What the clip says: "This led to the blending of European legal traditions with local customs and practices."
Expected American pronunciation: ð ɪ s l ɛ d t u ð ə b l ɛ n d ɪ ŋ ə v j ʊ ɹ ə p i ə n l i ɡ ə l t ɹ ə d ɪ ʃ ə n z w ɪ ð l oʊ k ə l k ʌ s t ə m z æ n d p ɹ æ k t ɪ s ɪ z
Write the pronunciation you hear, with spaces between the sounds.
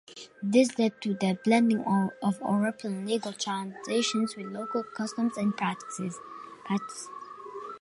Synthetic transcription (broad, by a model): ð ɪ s l ɛ d t u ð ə b l ɛ n d ɪ ŋ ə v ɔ ɹ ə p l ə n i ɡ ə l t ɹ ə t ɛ ʃ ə n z w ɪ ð l oʊ k ə l k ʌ s t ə m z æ n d p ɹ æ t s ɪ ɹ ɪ s